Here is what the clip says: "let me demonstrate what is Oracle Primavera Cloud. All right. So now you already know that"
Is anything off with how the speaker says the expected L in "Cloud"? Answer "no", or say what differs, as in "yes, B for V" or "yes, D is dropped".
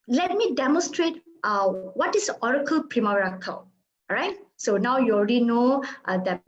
yes, L is dropped